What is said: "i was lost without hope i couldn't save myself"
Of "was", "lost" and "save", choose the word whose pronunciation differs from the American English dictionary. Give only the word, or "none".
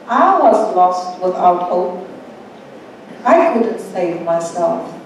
none